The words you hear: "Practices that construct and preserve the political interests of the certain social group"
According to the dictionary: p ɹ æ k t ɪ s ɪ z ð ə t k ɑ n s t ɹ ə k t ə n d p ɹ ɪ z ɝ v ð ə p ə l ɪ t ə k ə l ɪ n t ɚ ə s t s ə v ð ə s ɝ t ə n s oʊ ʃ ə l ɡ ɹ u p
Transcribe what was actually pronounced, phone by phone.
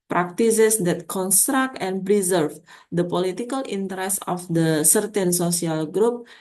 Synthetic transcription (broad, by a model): p ɹ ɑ k t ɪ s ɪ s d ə t k ɑ n s t ɹ ə k t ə n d p ɹ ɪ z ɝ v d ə p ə l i t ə k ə l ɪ n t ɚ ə s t ə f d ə s ɝ t ə n s oʊ s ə l ɡ ɹ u p